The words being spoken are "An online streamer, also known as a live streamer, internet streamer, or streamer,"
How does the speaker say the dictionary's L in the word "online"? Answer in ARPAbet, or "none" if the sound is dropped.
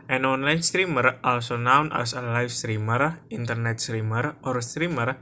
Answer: L